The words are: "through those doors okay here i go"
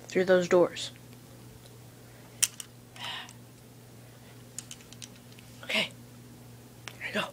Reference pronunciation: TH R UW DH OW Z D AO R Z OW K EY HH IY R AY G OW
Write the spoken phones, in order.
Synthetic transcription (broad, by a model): TH R UW DH OW Z D AO R Z OW K EY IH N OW